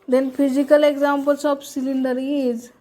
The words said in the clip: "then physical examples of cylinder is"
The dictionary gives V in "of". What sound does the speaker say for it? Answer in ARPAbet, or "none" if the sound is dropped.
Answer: P